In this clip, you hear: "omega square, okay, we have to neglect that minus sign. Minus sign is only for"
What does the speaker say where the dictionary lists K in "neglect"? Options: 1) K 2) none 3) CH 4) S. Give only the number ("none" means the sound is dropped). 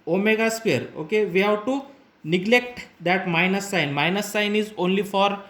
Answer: 1